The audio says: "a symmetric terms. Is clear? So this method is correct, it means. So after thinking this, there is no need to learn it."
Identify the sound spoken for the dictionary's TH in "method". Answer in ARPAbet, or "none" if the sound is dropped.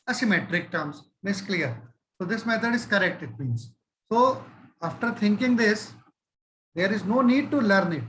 T